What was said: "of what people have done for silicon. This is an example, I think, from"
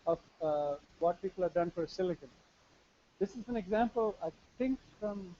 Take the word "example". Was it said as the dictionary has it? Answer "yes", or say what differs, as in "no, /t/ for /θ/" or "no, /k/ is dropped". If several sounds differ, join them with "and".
yes